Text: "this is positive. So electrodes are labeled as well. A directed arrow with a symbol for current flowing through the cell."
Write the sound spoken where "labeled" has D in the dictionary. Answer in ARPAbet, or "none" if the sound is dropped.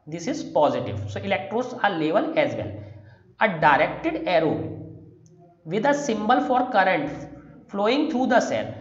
none